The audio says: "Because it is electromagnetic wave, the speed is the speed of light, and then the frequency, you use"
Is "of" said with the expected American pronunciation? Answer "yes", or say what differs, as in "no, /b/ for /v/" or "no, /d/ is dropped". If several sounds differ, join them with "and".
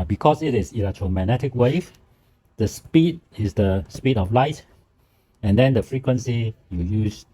no, /f/ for /v/